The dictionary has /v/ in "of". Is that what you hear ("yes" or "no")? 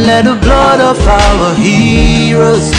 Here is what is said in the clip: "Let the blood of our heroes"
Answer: no